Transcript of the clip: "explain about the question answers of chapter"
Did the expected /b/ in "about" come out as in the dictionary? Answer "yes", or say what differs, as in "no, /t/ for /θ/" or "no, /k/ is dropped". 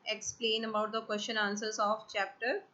yes